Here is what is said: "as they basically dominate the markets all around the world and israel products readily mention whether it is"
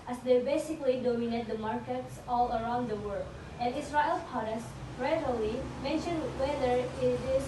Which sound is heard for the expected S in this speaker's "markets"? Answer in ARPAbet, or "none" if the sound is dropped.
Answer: S